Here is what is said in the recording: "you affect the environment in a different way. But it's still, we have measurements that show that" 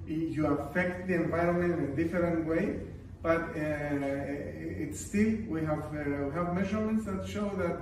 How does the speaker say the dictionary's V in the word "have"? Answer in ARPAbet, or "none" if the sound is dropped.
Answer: V